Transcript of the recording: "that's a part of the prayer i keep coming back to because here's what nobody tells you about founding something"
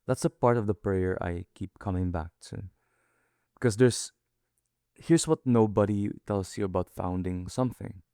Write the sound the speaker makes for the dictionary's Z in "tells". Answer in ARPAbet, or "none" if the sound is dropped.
S